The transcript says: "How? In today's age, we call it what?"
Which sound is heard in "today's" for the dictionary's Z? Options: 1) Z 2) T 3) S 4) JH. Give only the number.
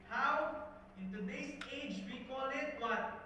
3